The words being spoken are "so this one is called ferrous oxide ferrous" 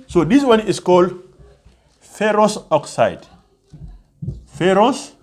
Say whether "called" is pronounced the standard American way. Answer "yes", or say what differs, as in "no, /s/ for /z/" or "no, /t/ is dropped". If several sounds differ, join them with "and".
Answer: yes